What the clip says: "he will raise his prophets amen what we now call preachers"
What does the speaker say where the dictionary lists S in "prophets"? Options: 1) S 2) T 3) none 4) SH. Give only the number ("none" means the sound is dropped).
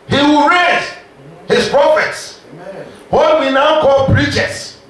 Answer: 1